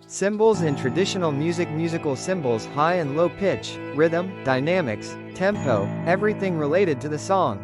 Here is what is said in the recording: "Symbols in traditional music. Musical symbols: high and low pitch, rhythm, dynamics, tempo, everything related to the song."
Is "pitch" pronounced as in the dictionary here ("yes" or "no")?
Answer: yes